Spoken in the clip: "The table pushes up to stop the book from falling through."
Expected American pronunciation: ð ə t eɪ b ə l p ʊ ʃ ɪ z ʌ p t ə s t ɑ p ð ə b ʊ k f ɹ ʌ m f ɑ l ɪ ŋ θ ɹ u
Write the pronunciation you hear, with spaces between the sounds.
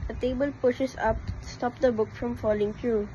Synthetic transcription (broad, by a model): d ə t eɪ b ə l p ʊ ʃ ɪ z ʌ p s t ɑ p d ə b ʊ k f ɹ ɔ m f ɑ l ɪ ŋ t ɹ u